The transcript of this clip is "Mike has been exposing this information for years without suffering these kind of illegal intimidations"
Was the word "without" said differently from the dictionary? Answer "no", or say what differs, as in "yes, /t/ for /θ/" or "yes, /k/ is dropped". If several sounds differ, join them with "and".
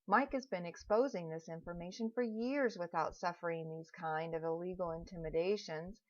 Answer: no